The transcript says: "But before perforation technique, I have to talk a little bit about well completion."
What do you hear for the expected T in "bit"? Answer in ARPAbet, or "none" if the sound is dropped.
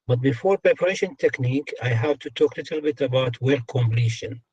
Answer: T